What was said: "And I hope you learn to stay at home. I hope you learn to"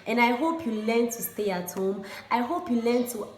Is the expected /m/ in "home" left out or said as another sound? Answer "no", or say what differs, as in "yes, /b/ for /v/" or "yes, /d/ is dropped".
no